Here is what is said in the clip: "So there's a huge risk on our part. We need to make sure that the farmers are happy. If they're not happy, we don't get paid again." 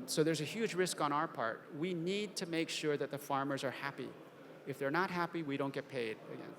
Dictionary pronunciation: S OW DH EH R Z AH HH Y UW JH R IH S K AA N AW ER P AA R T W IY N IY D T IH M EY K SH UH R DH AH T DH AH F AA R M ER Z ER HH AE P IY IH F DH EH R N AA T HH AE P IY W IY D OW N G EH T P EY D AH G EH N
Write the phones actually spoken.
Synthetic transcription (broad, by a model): S OW DH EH R Z AH HH Y UW JH R IH S K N AW ER P AA R T W IY N IY D T IH M EY K SH UH R DH AH T DH AH F AA R M ER Z ER HH AE P IY IH F DH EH R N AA T HH AE P IY W IY D OW N G EH T P EY D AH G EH N